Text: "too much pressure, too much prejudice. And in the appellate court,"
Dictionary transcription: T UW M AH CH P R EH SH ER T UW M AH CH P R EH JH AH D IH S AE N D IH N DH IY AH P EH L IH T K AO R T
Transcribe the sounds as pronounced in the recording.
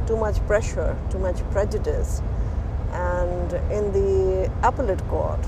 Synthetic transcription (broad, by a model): T UW M AH CH P R EH SH ER T UW M AH CH P R EH JH AH D IH S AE N D IH N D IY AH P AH L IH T K AO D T